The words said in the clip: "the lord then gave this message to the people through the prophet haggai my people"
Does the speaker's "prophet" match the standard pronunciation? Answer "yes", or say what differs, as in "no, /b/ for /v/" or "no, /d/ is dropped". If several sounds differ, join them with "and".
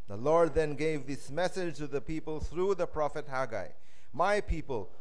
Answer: yes